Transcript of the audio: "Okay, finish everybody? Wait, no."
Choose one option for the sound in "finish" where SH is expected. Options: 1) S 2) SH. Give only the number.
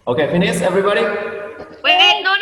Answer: 1